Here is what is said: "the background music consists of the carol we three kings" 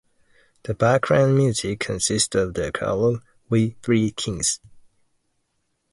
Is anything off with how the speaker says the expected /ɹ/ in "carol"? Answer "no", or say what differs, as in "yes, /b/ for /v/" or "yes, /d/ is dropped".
yes, /l/ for /ɹ/